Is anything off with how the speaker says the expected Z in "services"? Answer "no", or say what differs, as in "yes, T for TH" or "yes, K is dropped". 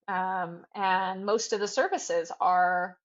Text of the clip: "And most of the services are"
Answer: no